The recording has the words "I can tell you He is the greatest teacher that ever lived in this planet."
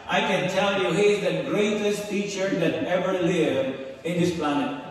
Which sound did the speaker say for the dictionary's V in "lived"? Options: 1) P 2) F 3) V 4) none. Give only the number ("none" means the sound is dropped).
4